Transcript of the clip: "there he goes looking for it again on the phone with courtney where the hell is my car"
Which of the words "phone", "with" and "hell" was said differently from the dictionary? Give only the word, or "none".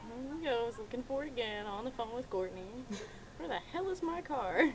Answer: none